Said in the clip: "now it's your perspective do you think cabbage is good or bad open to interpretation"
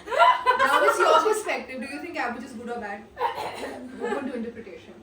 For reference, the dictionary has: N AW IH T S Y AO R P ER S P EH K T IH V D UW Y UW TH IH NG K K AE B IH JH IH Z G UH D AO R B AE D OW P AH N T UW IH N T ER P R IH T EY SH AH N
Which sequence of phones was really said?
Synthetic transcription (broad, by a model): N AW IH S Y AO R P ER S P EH K T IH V D UW Y UW T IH NG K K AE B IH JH IH Z G UH D AO R B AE D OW AH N T UW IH N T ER P R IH T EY SH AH N